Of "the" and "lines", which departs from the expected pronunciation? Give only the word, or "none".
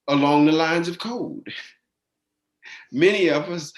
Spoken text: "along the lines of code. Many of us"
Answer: none